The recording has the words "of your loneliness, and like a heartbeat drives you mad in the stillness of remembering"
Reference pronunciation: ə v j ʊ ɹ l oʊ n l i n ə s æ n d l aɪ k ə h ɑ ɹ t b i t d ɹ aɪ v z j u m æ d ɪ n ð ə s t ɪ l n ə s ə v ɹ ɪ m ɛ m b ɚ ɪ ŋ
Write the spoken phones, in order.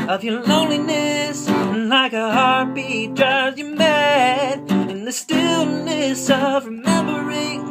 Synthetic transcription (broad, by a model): ə v j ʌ ɹ l oʊ n l i n ə s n l aɪ k ə h ɑ ɹ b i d ɹ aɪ z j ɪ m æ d ɪ n ð ə s t ɪ l n ə s ə v ɹ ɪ m ɛ m b ɚ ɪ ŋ